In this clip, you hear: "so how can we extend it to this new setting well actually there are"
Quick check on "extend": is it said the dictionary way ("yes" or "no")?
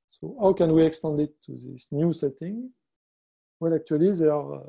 yes